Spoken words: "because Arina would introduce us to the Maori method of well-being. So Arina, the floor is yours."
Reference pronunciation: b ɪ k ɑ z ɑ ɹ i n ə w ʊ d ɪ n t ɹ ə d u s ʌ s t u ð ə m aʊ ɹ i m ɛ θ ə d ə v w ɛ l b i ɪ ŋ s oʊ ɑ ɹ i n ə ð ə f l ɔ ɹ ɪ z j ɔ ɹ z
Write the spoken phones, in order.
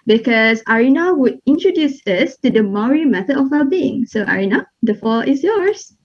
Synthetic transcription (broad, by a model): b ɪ k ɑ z ɑ ɹ i n ə w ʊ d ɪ n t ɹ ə d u s ʌ s t u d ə m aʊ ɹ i m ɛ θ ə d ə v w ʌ b i ɪ ŋ s oʊ ɑ ɹ i n ə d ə f ɔ l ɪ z j ɔ ɹ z